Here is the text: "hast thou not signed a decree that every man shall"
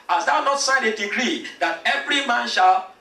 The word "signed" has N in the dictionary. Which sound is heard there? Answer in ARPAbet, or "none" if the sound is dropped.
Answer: none